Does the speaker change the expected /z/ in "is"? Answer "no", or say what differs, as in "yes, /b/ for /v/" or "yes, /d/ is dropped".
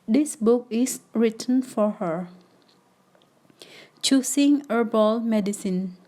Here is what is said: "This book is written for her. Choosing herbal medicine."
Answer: yes, /s/ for /z/